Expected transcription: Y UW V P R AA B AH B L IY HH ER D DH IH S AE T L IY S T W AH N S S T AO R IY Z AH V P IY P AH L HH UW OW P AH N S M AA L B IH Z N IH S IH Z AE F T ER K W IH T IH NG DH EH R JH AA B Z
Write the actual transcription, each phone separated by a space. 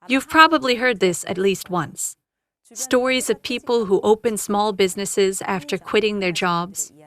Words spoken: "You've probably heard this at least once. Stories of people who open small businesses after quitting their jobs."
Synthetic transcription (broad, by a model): Y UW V P R AA B AH B L IY HH ER D DH IH S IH T L IY S T W AH N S S T AO R IY Z AH V P IY P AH L HH UW OW P AH N S M AA L B IH Z N IH S IH Z AE F T ER K W IH T IH NG DH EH R JH AA B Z